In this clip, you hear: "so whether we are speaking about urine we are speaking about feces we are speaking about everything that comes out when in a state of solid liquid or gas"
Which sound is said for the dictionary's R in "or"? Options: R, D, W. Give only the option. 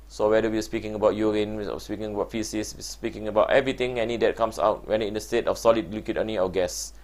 W